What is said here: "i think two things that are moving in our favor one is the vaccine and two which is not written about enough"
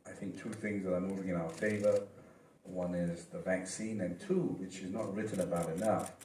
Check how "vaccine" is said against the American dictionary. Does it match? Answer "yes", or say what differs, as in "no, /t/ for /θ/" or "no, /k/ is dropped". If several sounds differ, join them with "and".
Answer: yes